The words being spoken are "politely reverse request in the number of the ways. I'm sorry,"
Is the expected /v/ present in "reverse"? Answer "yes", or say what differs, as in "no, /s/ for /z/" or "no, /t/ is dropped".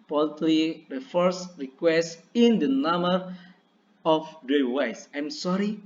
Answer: no, /f/ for /v/